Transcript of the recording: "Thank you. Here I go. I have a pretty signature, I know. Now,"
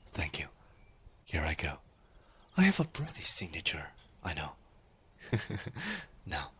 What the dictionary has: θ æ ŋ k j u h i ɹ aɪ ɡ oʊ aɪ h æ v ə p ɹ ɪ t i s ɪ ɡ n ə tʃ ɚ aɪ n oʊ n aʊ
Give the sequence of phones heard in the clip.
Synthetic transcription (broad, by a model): θ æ ŋ k j u h i ɹ aɪ ɡ oʊ aɪ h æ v ə b ɹ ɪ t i s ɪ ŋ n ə tʃ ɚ aɪ n oʊ n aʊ